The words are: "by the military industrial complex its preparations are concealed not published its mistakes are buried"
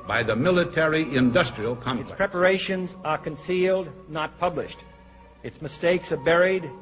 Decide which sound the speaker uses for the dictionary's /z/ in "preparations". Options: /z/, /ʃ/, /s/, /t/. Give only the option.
/z/